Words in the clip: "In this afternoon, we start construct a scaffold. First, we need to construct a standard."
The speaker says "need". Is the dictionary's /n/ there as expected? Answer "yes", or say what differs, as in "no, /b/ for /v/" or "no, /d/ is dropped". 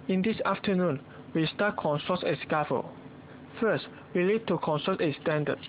no, /l/ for /n/